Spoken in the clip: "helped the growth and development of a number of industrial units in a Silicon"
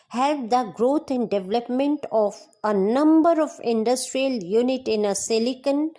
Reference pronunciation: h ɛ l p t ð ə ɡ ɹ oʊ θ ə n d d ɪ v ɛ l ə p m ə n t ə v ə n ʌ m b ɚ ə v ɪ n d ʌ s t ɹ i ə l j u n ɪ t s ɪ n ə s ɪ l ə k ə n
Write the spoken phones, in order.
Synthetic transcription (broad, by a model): h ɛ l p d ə ɡ ɹ oʊ t ə n d d ɪ v ɛ l ə p m ə n t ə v ə n ʌ m b ɚ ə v ɪ n d ʌ s t ɹ i ə l j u n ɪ t ɪ n ə s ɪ l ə k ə n